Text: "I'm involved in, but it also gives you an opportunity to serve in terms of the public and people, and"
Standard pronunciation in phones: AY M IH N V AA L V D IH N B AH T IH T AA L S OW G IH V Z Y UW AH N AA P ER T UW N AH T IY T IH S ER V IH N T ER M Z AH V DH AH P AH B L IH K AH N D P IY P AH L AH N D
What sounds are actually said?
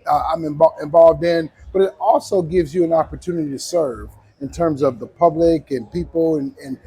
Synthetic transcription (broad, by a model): AY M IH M V AA L V D IH N B AH T IH T AA L S OW G IH V Z Y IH AH N AA P ER T UW N AH T IY T IH S ER V IH N T ER M Z AH V DH AH P AH B L IH K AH N P IY P L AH N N